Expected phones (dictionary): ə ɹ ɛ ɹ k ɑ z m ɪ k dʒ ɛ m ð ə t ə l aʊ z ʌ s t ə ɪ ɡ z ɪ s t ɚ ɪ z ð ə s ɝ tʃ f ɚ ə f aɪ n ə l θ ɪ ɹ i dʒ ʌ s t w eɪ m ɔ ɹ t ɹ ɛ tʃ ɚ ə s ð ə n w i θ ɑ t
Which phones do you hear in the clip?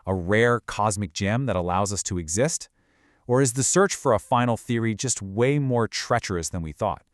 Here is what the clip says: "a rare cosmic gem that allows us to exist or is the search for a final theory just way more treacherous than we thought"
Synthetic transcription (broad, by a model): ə ɹ ɛ ɹ k ɑ z m ɪ k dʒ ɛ m ð ə t ə l aʊ z ʌ s t ə ɪ ɡ z ɪ s t ɚ ɪ z ð ə s ɝ tʃ f ɚ ə f aɪ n l θ ɪ ɹ i dʒ ʌ s t w eɪ m ɔ ɹ t ɹ ɛ tʃ ɚ ə s ð ə n w i θ ɑ t